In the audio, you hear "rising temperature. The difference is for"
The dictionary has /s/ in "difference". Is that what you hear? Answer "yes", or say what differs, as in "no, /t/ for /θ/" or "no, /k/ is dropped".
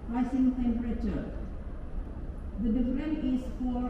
no, /s/ is dropped